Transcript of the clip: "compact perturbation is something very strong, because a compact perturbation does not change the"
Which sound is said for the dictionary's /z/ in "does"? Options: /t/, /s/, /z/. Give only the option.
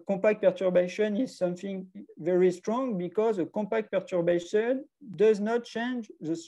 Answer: /z/